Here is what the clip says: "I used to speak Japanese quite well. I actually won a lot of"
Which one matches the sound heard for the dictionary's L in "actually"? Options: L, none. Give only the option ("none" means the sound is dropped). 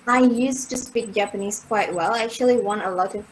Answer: L